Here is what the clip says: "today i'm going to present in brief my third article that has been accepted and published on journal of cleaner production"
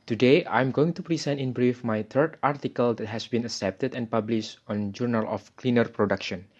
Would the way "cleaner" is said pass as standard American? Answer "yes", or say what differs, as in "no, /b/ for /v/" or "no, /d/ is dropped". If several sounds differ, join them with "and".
yes